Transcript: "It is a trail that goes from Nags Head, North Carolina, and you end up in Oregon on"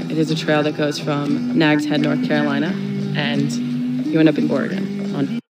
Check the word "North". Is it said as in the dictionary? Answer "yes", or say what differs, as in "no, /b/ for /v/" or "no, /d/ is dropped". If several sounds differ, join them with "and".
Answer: yes